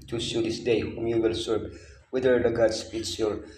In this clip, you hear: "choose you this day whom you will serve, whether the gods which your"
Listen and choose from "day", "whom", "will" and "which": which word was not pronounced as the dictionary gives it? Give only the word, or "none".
which